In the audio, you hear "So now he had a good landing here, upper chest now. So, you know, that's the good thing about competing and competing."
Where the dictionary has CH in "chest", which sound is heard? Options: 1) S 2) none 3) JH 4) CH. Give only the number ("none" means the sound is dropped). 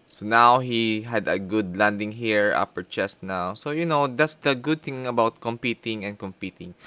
4